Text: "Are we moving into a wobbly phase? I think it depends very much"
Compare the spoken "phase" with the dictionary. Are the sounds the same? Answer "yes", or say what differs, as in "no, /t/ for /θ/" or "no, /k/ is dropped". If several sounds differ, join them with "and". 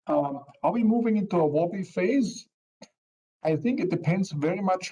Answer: yes